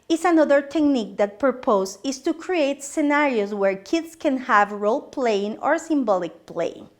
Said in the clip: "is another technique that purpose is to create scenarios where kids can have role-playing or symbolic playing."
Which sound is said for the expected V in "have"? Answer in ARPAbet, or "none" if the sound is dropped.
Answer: V